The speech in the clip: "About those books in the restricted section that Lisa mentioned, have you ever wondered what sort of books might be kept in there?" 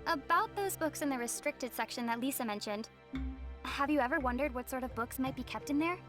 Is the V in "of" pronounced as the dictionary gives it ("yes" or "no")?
yes